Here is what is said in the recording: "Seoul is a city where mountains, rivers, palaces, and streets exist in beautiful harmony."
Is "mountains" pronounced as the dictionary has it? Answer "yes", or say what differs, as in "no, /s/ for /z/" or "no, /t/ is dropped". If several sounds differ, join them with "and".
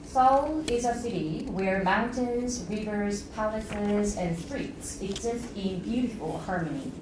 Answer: yes